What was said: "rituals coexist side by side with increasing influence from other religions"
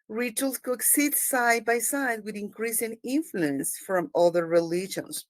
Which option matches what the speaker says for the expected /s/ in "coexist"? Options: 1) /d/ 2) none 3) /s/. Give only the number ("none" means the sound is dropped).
2